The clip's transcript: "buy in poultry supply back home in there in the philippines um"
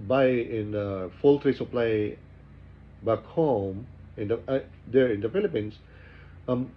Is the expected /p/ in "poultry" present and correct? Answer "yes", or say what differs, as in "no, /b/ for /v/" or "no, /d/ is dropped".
no, /f/ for /p/